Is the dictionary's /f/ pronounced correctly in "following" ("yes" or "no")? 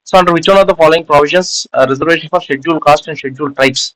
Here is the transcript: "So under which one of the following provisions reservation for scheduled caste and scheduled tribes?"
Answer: yes